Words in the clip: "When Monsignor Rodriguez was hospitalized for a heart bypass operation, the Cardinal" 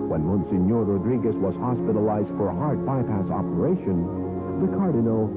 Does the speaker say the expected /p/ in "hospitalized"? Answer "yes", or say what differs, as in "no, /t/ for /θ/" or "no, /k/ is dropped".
yes